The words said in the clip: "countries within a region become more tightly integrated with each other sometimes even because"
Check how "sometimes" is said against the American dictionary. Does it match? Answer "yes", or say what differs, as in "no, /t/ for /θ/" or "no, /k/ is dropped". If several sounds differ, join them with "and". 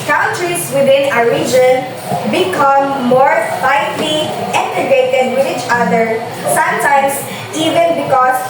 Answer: no, /s/ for /z/